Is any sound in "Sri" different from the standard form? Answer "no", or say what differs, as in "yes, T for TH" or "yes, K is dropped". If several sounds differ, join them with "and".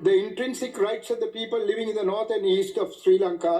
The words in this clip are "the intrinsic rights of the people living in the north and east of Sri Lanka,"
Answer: no